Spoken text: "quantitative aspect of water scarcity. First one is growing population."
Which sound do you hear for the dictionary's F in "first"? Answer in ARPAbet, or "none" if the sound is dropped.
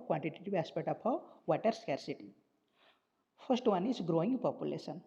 P